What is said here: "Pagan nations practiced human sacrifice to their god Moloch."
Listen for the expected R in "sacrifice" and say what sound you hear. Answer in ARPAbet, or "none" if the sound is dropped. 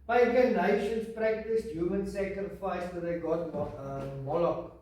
R